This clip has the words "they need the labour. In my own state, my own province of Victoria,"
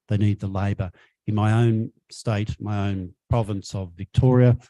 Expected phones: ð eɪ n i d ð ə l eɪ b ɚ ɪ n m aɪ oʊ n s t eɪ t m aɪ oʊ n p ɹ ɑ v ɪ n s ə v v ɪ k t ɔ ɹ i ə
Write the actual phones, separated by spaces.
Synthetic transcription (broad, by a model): ð eɪ n i d ð ə l eɪ b ɚ ɪ n m aɪ oʊ n s t eɪ t m aɪ oʊ n p ɹ ɑ v ɪ n s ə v v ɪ k t ɔ ɹ i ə